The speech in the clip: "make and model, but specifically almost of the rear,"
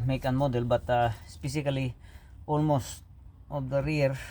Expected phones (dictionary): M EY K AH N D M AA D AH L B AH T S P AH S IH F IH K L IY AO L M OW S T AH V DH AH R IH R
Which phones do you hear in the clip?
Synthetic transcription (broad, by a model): M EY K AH N M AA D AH L B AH T S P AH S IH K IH L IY AO L M OW S T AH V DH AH R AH R